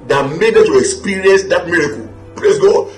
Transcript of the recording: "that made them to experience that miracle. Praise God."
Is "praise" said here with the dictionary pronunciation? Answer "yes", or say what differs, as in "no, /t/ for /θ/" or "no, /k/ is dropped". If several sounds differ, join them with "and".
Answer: no, /l/ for /ɹ/